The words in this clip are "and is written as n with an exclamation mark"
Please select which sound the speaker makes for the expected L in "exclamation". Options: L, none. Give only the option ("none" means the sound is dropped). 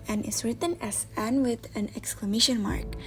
L